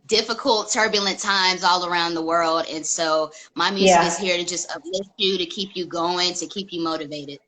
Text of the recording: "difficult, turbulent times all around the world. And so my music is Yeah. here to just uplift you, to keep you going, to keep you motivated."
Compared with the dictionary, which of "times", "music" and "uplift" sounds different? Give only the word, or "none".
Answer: uplift